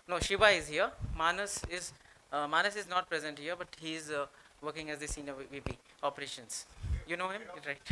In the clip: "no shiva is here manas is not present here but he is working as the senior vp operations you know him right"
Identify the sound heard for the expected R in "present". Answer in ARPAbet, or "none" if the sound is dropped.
R